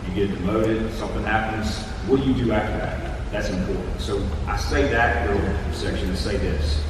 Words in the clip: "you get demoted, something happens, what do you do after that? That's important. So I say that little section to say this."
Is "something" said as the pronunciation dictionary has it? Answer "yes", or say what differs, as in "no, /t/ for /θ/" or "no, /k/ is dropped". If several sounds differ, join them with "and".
yes